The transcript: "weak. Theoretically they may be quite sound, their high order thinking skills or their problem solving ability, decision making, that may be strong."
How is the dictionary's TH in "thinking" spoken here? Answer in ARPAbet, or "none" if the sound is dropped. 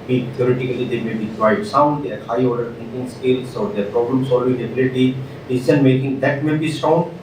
T